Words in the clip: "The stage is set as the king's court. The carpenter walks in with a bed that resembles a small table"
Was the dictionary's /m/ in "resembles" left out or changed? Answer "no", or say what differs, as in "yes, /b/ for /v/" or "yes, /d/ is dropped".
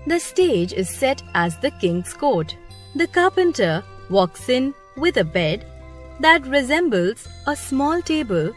no